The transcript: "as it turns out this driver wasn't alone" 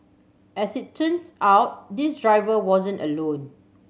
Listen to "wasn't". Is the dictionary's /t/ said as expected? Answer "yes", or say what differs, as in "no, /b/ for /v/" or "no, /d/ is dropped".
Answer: yes